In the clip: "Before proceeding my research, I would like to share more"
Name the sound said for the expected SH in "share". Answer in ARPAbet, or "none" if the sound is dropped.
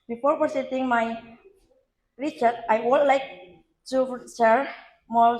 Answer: S